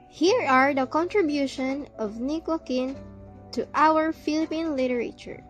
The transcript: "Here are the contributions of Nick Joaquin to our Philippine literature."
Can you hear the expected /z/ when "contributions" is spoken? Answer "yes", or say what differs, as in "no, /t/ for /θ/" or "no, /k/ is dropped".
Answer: no, /z/ is dropped